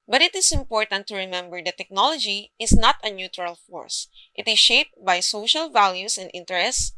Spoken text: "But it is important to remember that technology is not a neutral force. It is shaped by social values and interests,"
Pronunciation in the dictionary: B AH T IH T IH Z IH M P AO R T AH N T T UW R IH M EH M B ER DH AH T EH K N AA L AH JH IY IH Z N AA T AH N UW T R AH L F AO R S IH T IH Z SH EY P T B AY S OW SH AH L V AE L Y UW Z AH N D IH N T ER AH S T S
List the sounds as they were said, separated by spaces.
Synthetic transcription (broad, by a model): B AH T IH T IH S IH M P AO R T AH N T T UW R IH M EH M B ER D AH T EH K N AA L AH JH IY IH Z N AA T AH N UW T R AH L F AO R S IH T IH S SH EY P T B AY S OW SH AH L V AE L Y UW S AH N D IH N T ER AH S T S